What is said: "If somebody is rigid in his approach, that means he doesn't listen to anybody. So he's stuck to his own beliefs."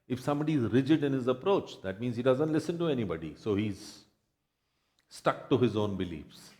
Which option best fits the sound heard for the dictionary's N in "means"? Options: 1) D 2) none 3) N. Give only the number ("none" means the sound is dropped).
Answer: 3